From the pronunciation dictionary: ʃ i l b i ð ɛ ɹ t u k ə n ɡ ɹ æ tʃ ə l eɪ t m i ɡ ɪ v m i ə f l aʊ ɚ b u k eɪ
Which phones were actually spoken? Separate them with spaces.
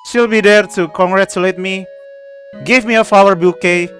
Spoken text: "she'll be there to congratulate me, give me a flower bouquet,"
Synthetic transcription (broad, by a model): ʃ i l b i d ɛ ɹ t u k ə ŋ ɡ ɹ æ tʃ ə l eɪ t m i ɡ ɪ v m i ə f aʊ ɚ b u k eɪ